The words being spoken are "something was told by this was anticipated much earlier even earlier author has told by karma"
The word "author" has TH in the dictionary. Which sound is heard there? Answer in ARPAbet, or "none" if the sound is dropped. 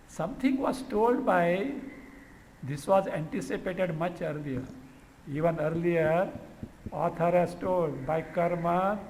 T